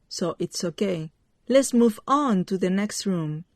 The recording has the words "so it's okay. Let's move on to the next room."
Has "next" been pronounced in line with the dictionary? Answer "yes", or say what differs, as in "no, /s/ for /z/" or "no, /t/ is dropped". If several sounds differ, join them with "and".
yes